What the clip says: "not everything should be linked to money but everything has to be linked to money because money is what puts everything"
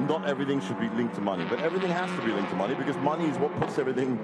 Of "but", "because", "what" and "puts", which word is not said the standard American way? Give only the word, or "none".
none